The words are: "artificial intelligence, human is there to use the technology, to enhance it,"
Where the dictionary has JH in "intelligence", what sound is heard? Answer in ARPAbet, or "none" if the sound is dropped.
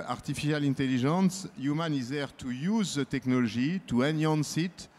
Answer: ZH